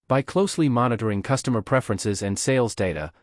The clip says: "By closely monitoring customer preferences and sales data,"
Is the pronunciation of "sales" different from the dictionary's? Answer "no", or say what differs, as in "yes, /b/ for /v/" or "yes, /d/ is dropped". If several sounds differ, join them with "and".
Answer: no